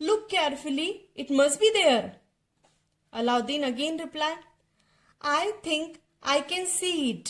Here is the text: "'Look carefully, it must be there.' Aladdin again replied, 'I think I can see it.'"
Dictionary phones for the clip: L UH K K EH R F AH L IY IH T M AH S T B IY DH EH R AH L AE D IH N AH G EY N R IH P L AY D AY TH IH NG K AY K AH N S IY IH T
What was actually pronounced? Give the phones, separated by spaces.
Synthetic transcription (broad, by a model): L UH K K EH R F AH L IY IH T M AH S T B IY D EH R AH L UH D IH N AH G EY N R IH P L AY AY T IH NG K AY K AH N S IY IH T